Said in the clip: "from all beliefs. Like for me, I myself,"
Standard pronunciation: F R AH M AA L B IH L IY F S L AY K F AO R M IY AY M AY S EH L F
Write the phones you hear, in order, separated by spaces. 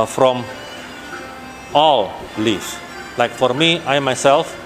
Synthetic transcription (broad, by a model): F R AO M AA L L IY S L AY K F AO R M IY AY M AY S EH L F